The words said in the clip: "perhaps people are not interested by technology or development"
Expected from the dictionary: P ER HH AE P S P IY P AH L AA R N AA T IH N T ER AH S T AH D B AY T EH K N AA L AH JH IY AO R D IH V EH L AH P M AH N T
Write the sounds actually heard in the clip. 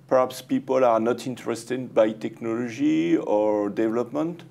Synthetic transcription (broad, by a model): P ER HH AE P S P IY P AH L AA R N AA T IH N T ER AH S T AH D B AY T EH K N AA L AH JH IY AO R D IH V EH L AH P M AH N T